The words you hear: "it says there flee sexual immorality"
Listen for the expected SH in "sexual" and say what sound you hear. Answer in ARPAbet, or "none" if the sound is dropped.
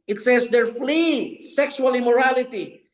S